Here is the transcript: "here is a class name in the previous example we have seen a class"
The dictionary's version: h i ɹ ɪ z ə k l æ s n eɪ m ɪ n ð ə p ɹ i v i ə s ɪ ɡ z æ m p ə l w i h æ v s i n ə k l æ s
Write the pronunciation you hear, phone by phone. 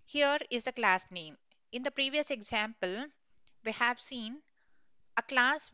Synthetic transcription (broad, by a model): h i ɹ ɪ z ə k l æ s n eɪ m ɪ n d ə p ɹ i v i ə s ɪ ɡ z æ m p ə l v i h æ v s i n ə k l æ s